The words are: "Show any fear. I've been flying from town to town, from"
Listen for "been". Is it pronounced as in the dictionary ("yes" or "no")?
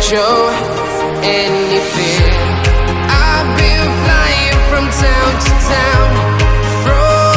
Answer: no